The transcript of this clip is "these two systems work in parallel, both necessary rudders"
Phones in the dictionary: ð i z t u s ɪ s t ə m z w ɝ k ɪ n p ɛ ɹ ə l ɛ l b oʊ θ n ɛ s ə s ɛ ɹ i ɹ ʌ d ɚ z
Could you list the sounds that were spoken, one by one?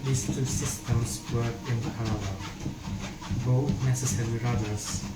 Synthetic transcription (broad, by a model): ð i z t u s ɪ s t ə m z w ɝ ɪ n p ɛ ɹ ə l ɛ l b oʊ θ n ɛ s ə s ɛ ɹ i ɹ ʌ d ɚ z